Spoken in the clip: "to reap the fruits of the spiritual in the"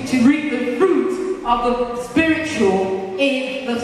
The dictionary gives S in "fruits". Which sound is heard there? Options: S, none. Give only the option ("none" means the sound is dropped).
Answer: none